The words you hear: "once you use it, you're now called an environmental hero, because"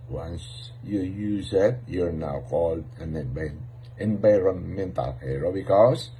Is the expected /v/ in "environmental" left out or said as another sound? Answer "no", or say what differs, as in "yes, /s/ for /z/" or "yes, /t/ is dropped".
yes, /b/ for /v/